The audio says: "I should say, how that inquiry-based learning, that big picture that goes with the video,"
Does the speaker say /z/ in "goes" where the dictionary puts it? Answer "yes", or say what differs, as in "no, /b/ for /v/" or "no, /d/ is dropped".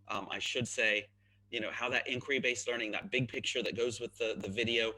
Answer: yes